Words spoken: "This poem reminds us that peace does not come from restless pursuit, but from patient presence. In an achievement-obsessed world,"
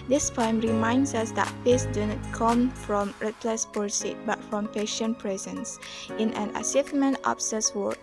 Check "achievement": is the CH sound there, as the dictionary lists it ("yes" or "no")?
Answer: no